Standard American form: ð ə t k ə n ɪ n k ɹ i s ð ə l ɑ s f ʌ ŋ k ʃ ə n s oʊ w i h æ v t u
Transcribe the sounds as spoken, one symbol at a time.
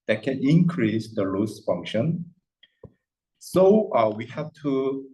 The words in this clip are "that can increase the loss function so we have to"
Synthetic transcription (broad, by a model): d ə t k ə n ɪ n k ɹ i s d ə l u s f ʌ ŋ k ʃ ə n s oʊ w i h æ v t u